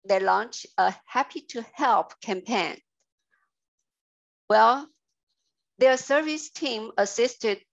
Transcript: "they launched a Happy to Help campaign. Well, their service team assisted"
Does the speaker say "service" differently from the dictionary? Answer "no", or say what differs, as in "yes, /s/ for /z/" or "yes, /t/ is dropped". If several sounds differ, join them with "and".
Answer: no